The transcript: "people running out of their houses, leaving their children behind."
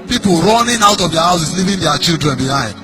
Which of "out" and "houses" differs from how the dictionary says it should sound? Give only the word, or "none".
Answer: houses